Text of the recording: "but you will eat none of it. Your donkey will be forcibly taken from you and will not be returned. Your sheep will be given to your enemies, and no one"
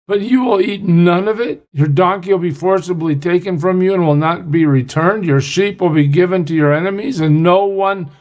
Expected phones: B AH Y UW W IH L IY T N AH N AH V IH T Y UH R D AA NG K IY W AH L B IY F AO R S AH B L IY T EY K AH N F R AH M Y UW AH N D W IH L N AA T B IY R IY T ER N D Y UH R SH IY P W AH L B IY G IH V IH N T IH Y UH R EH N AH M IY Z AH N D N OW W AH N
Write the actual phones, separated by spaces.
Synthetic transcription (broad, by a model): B AH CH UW W IH L IY T N AH N AH V IH T Y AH R D AA NG K IY W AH L B IY F AO R S AH B L IY T EY K AH N F R AH M Y UW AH N W IH L N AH T B IY R IY T ER N D Y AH R SH IY P W AH L B IY G IH V IH N T IH Y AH R EH N AH M IY Z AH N N OW W AH N